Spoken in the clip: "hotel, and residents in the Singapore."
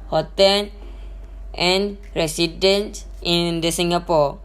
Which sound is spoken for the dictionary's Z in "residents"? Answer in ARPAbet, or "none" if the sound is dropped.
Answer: S